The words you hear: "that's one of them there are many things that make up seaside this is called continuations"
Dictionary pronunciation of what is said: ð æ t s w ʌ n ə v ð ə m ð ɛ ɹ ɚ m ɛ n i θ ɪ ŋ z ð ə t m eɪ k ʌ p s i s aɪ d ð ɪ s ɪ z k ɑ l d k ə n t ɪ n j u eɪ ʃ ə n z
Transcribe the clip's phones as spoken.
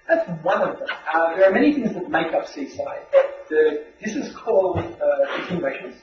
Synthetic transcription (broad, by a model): ð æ t s w ʌ n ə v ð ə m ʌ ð ɚ m ɛ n i θ ɪ ŋ z ð ə t m eɪ k ʌ p s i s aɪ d ð ɪ s ɪ z k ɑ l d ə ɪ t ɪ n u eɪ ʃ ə n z